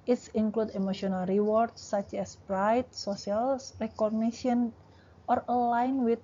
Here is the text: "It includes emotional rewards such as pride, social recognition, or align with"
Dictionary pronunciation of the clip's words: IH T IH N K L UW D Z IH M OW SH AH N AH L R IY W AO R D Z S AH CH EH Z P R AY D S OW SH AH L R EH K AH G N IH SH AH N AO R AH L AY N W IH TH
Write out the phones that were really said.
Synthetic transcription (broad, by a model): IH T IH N K L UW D IH M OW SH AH N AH L R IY W AO R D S S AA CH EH S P R AY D S OW S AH L R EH K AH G N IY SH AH N AO R AH L AY N W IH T